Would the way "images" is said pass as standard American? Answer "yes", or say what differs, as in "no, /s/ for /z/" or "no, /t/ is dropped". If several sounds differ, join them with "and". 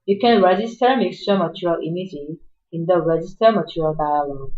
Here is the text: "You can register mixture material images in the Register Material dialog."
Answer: no, /z/ is dropped